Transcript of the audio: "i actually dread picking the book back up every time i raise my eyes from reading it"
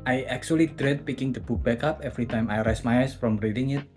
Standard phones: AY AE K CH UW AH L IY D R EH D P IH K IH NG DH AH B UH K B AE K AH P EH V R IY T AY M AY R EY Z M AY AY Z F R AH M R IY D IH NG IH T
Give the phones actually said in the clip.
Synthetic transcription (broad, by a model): AY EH K CH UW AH L IY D R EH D P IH K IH NG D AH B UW K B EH K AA P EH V R IY T AY M AY R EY S M AY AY S F R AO M R IY D IH NG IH T